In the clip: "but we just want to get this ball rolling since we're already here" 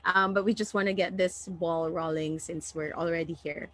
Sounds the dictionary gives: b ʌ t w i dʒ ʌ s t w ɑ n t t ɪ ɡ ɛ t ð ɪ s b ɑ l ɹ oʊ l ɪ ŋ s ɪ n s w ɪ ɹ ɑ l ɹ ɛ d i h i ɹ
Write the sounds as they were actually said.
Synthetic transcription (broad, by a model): b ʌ t w i dʒ ʌ s t w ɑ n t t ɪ ɡ ɛ t ð ɪ s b ɑ l ɹ oʊ l ɪ ŋ s ɪ n s w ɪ ɹ ɑ l ɹ ɛ d i h i ɹ